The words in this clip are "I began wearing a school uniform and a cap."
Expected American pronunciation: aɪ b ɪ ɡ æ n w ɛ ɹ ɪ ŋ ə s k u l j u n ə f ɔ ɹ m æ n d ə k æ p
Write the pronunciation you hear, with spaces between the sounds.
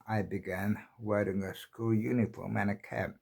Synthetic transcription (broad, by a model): aɪ b ɪ ɡ æ n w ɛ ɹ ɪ ŋ ə s k u l j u n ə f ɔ l m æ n ə k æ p